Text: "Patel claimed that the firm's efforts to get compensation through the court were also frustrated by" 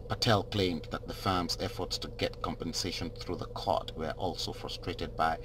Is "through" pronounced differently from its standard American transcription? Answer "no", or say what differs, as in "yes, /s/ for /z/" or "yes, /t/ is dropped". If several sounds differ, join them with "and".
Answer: no